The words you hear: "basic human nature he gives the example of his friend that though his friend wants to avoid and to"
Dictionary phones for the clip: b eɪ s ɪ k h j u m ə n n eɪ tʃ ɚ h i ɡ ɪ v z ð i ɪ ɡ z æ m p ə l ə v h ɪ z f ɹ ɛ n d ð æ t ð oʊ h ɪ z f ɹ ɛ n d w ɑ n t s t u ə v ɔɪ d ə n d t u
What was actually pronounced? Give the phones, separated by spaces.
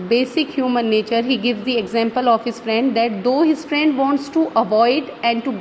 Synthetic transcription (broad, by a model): b eɪ s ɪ k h j u m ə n n eɪ tʃ ɚ h i ɡ ɪ v z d i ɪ ɡ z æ m p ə l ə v h ɪ z f ɹ ɛ n d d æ t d oʊ h ɪ z f ɹ ɛ n d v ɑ n t s t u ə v ɔɪ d ə n d t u